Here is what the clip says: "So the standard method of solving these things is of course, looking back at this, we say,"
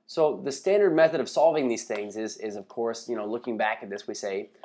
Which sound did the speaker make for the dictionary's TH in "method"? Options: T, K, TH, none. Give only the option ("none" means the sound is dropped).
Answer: TH